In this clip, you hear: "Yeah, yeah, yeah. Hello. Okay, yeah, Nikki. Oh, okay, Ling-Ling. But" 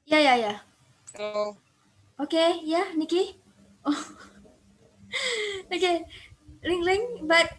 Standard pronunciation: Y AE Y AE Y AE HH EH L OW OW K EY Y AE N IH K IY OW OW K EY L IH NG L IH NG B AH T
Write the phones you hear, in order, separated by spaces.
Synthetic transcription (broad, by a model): Y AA Y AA Y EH OW OW K EY Y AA N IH K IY OW OW K EY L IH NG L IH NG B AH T